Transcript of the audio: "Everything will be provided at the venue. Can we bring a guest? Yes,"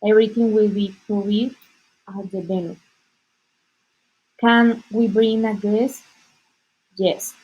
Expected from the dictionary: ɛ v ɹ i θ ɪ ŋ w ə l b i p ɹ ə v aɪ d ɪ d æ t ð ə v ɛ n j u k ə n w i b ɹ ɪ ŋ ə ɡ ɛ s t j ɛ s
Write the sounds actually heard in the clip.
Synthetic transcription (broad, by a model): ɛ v ɹ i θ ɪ ŋ w ə l b i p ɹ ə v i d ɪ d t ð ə b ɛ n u k ə n w i b ɹ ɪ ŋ ə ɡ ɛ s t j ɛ s